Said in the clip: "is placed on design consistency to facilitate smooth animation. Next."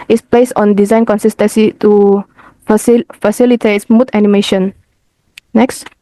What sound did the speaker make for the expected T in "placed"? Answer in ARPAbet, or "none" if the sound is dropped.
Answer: none